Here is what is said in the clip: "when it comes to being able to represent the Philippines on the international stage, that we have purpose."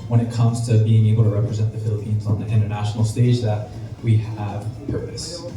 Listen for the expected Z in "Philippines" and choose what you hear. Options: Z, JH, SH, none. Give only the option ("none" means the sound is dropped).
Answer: Z